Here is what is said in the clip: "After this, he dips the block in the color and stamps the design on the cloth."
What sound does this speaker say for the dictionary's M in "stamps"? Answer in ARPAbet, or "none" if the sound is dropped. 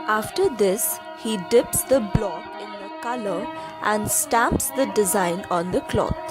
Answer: M